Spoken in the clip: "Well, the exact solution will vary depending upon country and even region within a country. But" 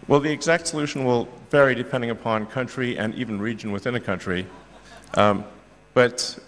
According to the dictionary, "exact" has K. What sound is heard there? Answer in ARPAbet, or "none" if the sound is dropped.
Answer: K